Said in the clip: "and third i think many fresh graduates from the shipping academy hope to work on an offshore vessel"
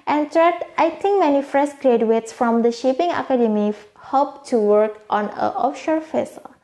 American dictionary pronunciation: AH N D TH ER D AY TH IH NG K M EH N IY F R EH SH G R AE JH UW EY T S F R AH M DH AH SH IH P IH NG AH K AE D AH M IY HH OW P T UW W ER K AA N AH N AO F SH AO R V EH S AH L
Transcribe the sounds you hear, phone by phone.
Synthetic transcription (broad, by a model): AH N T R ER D AY T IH NG K M EH N IY F R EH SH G R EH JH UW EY T S F R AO M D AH SH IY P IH NG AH K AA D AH M IY HH OW P T UW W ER K AA N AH AO F SH AO R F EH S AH L